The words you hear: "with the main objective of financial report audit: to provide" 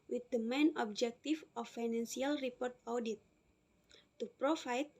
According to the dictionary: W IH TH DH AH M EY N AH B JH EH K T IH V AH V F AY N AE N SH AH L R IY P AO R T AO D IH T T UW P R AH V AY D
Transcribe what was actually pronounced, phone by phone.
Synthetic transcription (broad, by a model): W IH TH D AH M EY N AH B JH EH K T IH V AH F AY N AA N S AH L R IY P AO R T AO D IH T T UW P R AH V AY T